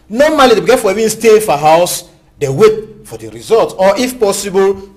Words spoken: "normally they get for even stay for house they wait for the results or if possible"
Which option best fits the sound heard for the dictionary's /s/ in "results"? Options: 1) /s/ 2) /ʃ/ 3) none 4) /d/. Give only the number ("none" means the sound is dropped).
3